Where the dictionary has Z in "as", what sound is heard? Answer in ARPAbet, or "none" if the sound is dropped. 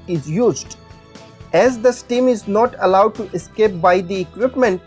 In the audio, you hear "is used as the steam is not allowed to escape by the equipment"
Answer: Z